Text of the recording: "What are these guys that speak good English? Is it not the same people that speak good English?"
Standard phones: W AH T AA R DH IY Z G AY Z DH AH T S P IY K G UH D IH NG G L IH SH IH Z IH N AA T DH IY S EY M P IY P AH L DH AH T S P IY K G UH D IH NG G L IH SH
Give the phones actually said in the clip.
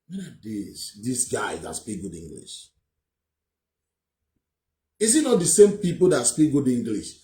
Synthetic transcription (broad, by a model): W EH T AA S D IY S G AY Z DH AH T S P IY K G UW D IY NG G L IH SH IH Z IH N AA T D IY S EY M P IY P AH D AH T S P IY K G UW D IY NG G L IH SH